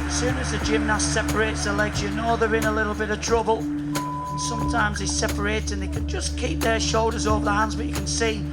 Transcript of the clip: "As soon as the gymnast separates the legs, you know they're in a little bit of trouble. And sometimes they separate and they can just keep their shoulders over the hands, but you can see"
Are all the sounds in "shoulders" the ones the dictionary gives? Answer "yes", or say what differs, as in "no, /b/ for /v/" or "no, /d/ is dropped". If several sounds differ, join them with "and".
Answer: yes